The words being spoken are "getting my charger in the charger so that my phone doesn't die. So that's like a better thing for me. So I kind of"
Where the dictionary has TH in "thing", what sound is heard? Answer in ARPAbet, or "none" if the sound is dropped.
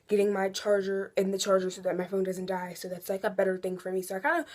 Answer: TH